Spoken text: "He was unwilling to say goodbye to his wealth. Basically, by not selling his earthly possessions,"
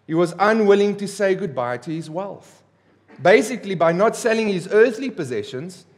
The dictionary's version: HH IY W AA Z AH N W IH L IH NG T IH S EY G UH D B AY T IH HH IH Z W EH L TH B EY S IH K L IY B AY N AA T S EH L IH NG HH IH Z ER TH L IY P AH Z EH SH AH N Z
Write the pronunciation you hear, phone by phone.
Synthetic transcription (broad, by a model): HH IY W AA Z AH N W IH L IH NG T IH S EY G UH D B AY T IH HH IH Z W EH L TH B EY S IH K L IY B AY N AA T S EH L IH NG HH IH Z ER TH L IY P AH Z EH SH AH N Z